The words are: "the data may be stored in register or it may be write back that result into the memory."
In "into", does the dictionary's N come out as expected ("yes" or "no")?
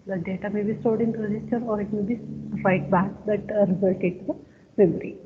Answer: no